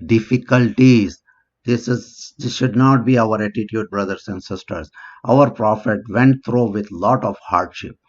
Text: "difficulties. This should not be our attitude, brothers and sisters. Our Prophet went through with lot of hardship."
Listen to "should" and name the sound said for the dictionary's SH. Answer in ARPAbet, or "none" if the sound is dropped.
SH